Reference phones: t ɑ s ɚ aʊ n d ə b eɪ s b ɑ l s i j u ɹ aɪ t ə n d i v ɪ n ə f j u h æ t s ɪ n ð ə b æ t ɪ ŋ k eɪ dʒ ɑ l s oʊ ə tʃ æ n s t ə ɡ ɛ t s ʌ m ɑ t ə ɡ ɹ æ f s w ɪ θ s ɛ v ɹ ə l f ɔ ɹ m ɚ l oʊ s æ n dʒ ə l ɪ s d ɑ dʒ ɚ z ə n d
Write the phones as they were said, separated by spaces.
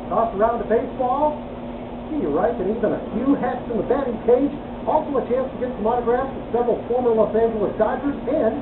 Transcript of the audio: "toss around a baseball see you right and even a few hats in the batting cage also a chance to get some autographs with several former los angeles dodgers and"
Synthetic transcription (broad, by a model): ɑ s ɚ aʊ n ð ə b eɪ s b ɑ l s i j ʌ ɹ aɪ t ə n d i v ɪ n ə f j u h æ t s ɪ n ð ə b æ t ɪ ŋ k eɪ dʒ ɑ l s oʊ ə tʃ æ n s t ə ɡ ɛ t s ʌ m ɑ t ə ɡ ɹ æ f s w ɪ s ɛ v ɹ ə l f ɔ ɹ m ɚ l oʊ s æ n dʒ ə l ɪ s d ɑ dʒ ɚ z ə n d